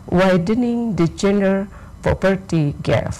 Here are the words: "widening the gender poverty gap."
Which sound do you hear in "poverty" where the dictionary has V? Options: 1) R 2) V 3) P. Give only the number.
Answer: 3